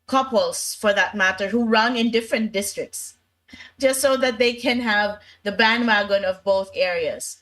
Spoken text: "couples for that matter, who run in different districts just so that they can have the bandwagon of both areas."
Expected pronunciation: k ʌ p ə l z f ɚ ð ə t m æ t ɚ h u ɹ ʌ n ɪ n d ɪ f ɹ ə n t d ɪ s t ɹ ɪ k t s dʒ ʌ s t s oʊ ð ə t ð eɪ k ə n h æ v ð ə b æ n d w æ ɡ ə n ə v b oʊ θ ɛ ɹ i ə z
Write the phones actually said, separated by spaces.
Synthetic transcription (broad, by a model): k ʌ p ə l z f ɚ ð ə t m æ t ɚ h u ɹ ʌ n ɪ n d ɪ f ɹ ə n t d ɪ s t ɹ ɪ k t s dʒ ʌ s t s oʊ ð ə t ð eɪ k ə n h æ v ð ə b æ n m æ ɡ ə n ə v b oʊ θ ɛ ɹ i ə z